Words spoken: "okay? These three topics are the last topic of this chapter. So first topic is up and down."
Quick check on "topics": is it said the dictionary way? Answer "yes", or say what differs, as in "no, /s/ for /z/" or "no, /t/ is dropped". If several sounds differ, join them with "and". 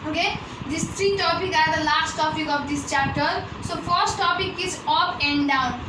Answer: no, /s/ is dropped